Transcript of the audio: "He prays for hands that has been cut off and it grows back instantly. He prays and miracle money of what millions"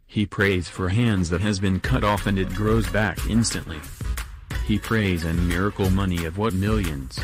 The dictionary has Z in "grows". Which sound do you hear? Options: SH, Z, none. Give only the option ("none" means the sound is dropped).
Z